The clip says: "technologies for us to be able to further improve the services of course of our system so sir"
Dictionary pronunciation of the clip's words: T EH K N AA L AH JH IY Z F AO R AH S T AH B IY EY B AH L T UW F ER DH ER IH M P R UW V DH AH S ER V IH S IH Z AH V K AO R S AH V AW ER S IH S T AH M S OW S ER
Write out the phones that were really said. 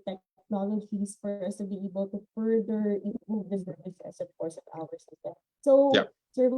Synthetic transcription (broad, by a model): T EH K N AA L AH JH IY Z F AO R AH S T AH B IY EY B AH L T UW F ER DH ER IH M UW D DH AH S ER IH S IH S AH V K AO R S AH V AW ER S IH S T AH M S OW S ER